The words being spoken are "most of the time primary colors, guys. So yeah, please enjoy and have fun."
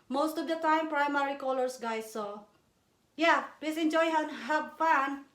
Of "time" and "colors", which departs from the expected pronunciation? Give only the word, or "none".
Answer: colors